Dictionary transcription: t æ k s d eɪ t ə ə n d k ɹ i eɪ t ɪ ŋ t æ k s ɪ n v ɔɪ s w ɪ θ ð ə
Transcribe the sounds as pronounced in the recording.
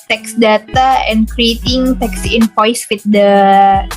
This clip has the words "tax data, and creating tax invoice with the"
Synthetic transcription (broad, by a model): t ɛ k s d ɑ t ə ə n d k ɹ i eɪ t ɪ ŋ t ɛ k s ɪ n p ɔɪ s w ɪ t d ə